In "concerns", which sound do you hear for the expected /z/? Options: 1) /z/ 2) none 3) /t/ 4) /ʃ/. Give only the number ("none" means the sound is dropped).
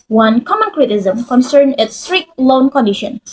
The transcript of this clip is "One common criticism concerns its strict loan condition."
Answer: 2